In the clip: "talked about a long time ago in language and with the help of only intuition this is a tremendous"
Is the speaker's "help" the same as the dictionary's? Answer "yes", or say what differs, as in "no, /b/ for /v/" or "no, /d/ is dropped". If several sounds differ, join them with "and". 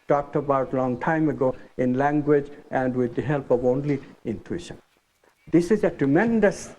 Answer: yes